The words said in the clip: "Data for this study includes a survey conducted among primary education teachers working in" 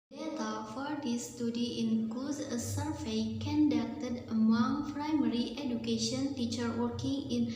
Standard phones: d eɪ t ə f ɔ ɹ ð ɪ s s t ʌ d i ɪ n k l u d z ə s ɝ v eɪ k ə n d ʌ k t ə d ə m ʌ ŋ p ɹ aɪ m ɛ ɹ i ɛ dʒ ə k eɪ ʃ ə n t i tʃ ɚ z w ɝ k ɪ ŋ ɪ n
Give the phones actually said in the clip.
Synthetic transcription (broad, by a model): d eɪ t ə f ɔ ɹ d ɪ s s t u d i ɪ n k l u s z ə s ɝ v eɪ k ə n d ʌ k t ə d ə m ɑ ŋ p ɹ aɪ m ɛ ɹ i ɛ dʒ ə k eɪ ʃ ə n t i tʃ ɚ w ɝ k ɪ ŋ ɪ n